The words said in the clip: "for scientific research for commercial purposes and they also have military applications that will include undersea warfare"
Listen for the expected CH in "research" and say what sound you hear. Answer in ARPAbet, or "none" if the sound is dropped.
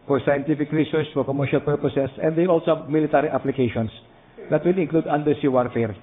S